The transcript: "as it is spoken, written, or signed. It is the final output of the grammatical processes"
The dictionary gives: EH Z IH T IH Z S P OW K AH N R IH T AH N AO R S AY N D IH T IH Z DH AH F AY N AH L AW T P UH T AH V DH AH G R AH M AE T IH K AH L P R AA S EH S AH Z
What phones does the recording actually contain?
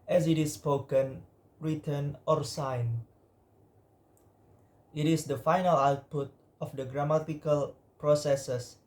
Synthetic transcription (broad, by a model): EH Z IH T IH S P OW K AH N R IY T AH N AO R S AY N IH T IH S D AH F AY N AH L AW T P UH T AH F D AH G R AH M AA T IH K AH L P R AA S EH S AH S